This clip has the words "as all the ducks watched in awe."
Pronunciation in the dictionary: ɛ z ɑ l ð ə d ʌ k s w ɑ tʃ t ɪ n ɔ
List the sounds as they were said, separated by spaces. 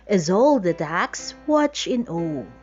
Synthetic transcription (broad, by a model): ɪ z ɑ l ð ə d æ k s w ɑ tʃ ɪ n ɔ